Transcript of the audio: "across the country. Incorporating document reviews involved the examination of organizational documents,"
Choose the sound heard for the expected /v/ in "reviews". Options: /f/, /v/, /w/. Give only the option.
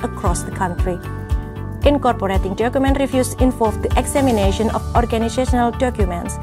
/f/